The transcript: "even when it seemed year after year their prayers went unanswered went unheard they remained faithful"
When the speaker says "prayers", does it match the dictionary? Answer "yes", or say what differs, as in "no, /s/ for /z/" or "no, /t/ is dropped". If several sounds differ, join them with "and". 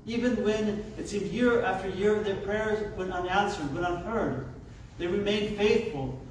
yes